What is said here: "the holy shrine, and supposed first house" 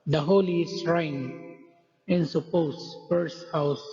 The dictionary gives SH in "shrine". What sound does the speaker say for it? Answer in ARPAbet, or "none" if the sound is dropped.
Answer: S